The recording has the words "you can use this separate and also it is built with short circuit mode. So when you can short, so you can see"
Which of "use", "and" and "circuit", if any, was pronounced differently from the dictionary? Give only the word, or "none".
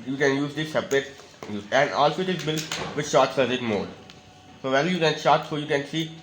circuit